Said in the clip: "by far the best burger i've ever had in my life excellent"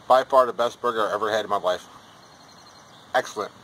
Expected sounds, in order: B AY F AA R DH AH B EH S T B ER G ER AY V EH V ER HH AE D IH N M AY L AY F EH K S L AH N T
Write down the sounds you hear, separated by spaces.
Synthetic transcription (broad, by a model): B AY F AA R DH AH B EH S T B ER G ER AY EH V ER HH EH D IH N M AY L AY F EH K S L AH N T